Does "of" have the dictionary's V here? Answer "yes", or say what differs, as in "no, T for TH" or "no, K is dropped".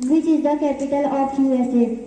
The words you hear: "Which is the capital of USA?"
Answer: no, P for V